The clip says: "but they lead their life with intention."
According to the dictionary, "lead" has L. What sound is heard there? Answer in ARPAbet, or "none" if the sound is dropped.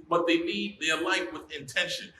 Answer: N